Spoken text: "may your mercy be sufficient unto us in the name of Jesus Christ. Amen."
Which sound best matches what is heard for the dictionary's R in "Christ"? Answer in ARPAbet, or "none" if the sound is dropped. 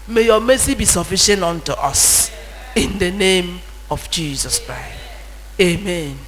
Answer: R